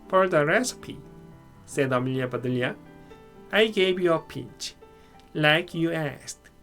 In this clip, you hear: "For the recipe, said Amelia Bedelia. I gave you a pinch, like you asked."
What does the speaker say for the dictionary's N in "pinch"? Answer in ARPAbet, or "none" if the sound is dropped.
none